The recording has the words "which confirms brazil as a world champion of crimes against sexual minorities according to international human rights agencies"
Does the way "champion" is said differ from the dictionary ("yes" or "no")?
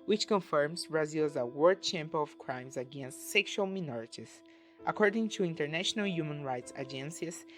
yes